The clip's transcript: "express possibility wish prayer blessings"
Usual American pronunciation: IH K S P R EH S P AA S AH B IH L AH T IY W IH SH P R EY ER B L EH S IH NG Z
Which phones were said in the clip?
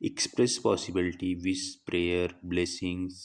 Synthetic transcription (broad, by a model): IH K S P R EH S P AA S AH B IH L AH T IY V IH S P R EY ER B L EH S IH NG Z